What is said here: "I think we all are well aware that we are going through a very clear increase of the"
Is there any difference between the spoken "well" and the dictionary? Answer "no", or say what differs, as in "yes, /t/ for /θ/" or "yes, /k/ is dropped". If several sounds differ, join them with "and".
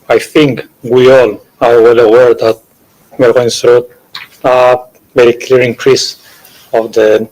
no